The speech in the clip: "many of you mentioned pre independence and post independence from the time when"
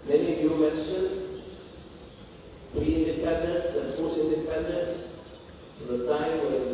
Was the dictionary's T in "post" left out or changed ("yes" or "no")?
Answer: yes